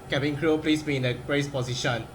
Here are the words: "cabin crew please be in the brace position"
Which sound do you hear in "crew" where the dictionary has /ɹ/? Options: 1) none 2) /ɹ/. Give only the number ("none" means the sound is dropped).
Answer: 2